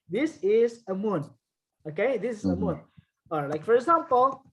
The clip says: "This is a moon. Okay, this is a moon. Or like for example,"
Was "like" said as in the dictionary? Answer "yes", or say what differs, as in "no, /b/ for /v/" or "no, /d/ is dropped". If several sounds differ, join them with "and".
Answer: yes